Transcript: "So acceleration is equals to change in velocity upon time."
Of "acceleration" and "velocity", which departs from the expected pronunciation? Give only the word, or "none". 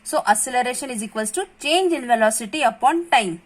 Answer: acceleration